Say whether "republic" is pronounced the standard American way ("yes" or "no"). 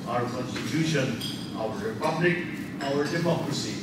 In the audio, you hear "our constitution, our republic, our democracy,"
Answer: yes